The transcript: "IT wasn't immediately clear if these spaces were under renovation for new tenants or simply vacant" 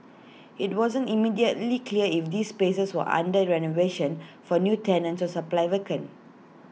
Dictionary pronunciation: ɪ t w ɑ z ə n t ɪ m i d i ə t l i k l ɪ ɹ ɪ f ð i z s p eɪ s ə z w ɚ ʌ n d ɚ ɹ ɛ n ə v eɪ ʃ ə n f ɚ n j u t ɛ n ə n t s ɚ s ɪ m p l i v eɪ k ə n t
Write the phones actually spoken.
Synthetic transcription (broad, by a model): ɪ t w ɑ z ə n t ɪ m i d i ə t l i k l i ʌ ɪ f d i s p eɪ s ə s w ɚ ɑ n d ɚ ɹ ɛ n ə v eɪ ʃ ə n f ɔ n j u t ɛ n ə n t s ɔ s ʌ p l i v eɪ k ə n